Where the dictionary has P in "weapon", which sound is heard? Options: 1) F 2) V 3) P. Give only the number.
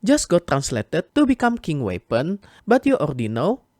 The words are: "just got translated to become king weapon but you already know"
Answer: 3